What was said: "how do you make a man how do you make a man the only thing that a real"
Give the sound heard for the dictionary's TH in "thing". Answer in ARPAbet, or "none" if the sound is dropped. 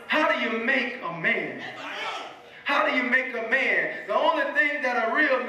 TH